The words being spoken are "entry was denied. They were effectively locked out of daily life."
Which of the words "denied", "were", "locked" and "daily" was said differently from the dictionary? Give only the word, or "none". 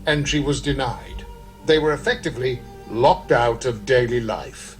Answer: none